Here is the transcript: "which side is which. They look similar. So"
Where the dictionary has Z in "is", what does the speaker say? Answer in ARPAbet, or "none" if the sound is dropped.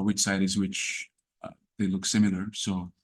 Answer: Z